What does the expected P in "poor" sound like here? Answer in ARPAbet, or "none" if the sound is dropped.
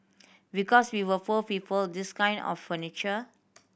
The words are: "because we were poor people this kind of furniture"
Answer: F